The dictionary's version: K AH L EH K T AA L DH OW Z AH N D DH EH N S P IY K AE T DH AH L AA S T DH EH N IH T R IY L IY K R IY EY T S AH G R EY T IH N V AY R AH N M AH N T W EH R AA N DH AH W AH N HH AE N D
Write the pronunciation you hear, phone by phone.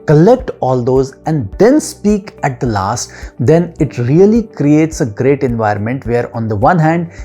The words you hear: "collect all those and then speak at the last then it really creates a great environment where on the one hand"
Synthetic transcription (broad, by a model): K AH L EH K T AA L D OW Z AH N D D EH N S P IY K AE T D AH L AA S T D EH N IH T R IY L IY K R IY EY T S AH G R EY T IH N V AY R AH N M AH N T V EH R AA N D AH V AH N HH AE N D